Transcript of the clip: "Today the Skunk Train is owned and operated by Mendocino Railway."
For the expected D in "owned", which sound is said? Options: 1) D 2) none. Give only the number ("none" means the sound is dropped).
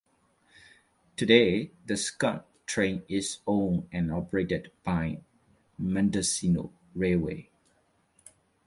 2